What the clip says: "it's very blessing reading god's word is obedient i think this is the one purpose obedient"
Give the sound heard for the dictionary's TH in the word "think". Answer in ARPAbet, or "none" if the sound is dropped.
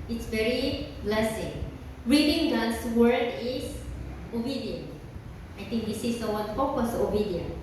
T